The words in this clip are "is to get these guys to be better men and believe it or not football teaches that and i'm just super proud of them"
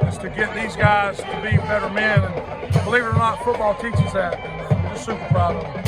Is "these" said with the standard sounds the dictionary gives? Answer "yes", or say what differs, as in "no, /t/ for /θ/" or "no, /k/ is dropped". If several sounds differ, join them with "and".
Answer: yes